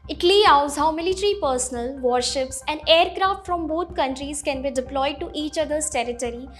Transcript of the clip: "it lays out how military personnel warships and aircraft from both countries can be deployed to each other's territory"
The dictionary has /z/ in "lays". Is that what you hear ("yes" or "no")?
no